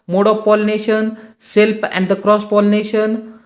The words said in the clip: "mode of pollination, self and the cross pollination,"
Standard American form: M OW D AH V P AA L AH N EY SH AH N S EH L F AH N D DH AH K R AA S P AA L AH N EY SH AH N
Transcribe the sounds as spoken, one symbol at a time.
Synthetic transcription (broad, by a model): M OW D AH P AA L N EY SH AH N S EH L P AH N D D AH K R AA S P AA L N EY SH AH N